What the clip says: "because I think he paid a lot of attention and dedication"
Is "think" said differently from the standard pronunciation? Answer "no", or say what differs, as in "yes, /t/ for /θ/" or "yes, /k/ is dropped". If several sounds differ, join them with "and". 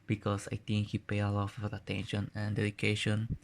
yes, /t/ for /θ/